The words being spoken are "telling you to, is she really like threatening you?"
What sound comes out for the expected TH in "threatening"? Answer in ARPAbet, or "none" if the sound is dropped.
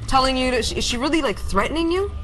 TH